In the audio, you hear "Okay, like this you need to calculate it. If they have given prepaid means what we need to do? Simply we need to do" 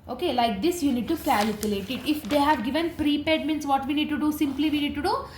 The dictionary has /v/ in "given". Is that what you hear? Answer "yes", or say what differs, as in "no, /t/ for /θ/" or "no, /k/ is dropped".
yes